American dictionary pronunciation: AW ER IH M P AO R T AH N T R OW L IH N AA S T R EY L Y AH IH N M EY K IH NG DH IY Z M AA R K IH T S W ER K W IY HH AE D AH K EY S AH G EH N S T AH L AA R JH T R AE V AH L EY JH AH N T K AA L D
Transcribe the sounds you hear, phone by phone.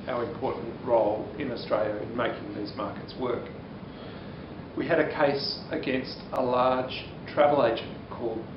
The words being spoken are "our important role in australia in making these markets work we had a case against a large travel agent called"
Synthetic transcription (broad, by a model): AW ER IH M P AO R T N T R OW L IH N AA S T R EY L Y AH IH N M EY K IH NG DH IY Z M AA R K IH T S W ER K W IY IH D AH K EY S AH G EH N S T AH L AA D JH T R AE V AH L EY JH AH N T K AA L D